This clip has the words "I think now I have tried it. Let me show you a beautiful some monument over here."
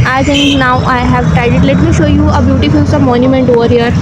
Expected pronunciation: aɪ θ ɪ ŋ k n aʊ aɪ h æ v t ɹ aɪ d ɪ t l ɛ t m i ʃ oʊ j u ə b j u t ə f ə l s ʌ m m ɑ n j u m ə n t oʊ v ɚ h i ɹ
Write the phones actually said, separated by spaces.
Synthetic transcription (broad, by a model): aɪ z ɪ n n aʊ aɪ h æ v t ɹ aɪ d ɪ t l ɛ t m i ʃ oʊ j u ə b j u t ə f ə l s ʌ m m ɑ n j u m ə n t oʊ v ɚ h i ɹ